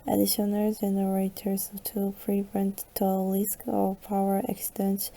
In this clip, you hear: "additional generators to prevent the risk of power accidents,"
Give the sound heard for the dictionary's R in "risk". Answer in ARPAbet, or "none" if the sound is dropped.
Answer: L